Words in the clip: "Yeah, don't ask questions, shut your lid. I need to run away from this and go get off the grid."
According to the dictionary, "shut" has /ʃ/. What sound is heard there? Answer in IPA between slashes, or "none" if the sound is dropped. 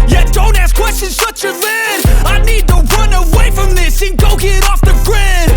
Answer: /s/